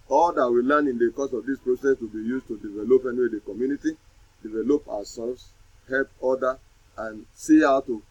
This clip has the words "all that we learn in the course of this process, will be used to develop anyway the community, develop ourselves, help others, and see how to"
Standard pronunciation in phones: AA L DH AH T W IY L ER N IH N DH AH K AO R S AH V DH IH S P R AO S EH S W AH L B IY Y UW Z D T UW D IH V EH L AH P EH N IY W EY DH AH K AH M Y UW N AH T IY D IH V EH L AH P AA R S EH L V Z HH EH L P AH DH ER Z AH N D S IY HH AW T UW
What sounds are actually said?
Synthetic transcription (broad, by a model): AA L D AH T W IY L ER N IH N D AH K AO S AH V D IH S P R AO S EH S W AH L B IY Y UW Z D T UW D IH V EH L AH P EH N IY W EY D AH K AH M Y UW N AH T IY D IH V EH L AH P AA W S EH L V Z HH EH L P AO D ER AH N S IY HH AW T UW